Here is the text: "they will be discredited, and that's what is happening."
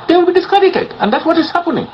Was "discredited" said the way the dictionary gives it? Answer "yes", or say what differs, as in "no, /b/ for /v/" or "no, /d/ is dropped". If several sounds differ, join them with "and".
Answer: no, /ɹ/ is dropped